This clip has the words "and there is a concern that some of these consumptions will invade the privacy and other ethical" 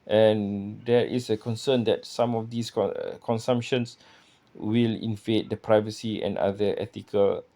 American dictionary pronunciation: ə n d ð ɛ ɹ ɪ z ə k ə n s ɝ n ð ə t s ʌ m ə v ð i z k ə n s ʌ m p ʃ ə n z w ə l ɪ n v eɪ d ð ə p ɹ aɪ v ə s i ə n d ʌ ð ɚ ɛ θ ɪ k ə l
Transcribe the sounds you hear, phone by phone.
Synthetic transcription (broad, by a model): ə n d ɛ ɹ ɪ s ə k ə n s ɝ n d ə t s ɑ m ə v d i s k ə n s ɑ m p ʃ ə n s w ə l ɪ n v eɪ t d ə p ɹ aɪ v ə s i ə n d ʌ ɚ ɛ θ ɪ k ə l